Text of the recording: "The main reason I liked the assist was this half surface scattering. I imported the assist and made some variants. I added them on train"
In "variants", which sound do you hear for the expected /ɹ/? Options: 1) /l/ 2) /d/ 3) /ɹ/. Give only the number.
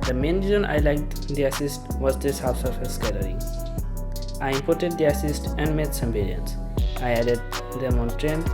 1